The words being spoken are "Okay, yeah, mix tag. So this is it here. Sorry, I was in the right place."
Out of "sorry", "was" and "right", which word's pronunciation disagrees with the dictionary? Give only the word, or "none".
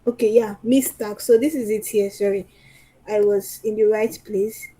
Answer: none